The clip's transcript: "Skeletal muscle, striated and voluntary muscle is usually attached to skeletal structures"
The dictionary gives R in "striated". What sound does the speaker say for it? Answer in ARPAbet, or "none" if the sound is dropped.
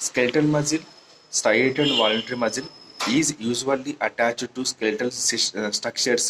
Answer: none